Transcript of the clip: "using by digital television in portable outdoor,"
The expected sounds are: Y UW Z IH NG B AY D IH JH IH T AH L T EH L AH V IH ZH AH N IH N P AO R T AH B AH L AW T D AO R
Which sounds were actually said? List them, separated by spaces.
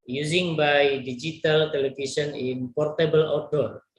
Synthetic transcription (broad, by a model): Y UW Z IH NG B AY D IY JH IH T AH L T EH L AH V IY S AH N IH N P AO R T AH B AH L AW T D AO R